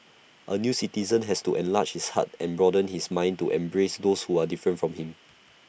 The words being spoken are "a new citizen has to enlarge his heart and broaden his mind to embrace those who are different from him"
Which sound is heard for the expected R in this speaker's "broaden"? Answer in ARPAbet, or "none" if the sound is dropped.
R